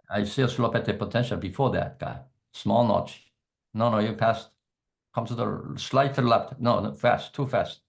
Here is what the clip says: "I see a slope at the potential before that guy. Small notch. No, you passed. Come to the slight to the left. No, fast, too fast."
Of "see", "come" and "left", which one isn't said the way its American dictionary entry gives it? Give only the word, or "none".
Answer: left